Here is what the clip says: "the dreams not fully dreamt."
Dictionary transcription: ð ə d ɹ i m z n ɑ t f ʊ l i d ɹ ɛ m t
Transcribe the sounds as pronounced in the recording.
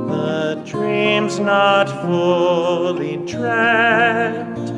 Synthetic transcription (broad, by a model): ð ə d ɹ i m z n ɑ t f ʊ l i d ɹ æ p t